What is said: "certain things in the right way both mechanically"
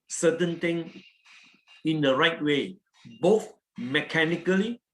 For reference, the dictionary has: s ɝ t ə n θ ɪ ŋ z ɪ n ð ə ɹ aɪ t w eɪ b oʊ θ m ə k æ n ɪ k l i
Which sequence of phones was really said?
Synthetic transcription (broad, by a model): s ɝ t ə n t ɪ ŋ ɪ n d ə ɹ aɪ t w eɪ b oʊ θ m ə k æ n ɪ k l i